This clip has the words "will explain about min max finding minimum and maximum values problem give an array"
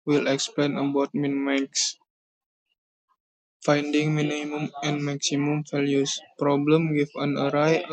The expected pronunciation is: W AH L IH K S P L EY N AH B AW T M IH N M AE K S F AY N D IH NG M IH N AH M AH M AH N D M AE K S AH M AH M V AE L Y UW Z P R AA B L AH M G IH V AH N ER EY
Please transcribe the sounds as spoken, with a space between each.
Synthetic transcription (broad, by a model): W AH L IH K S P L EY N AH B AW T M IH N M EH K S F AY N D IH NG M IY N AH M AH M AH N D M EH K S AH M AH M F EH L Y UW S P R AA B L AH M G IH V AH N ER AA